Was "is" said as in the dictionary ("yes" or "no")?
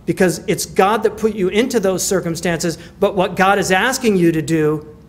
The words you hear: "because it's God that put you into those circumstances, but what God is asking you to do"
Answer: yes